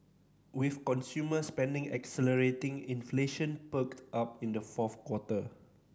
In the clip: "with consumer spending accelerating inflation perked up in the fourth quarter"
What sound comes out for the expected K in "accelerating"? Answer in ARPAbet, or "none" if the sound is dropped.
K